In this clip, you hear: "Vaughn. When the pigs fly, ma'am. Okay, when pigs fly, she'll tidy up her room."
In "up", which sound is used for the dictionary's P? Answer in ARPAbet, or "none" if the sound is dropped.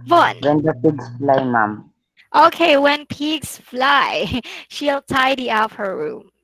F